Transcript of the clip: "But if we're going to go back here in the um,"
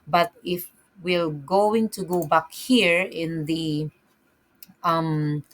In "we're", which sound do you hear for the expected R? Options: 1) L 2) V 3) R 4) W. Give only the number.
1